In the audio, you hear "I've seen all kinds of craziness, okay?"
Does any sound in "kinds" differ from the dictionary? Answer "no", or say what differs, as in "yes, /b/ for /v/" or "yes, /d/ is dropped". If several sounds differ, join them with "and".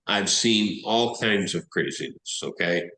no